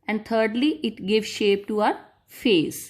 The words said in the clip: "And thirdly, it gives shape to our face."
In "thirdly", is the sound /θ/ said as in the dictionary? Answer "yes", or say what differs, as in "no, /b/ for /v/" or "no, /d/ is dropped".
no, /t/ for /θ/